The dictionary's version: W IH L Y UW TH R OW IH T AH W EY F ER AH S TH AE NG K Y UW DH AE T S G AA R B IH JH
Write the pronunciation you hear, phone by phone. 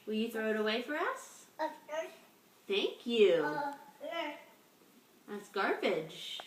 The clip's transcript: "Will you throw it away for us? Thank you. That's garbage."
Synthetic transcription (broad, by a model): W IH L Y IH TH R OW IH T AH W EY F ER AH S TH AE NG K Y UW DH AE T S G AA R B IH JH